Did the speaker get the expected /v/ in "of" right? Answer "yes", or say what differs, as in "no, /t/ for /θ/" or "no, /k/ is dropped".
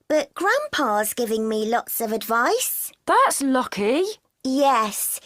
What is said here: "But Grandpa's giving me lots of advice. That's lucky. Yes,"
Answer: yes